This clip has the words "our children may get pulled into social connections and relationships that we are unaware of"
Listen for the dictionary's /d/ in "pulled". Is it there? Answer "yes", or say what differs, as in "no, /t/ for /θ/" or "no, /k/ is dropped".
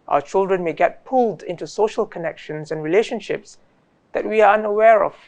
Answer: yes